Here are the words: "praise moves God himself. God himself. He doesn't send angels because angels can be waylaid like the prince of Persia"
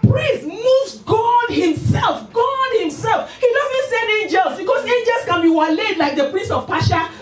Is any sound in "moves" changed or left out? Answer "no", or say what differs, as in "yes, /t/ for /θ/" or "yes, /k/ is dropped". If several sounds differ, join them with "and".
yes, /v/ is dropped